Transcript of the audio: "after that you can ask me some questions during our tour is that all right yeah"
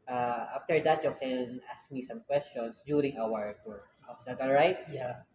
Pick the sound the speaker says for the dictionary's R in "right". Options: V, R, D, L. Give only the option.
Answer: R